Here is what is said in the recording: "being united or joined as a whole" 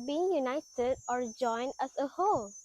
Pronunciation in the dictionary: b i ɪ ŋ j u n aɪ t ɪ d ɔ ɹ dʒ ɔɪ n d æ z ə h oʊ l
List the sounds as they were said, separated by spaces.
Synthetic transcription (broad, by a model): b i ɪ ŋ j u n aɪ t ɪ d ɔ ɹ dʒ ɔɪ n d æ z ə h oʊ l